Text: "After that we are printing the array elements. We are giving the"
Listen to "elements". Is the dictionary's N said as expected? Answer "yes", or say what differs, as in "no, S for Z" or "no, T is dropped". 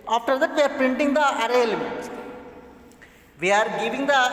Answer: no, N is dropped